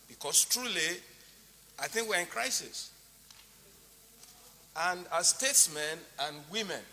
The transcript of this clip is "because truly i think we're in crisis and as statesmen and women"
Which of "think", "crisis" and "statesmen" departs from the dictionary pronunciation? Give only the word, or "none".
none